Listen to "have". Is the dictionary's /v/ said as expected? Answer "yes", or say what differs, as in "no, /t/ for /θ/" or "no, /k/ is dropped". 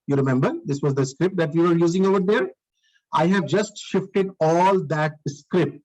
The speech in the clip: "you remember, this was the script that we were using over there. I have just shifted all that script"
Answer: yes